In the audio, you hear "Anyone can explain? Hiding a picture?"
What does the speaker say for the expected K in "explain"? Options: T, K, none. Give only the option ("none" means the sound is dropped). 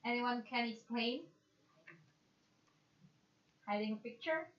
none